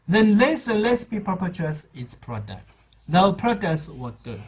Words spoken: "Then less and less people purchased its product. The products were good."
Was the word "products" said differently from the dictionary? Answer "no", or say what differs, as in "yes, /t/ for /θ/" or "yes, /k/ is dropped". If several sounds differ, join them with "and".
yes, /k/ is dropped